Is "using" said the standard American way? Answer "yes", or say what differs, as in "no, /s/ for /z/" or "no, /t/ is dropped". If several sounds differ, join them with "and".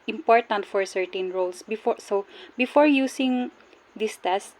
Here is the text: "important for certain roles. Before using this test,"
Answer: no, /s/ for /z/